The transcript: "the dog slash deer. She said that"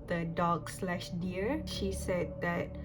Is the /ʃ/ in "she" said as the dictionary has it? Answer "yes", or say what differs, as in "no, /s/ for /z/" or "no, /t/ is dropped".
yes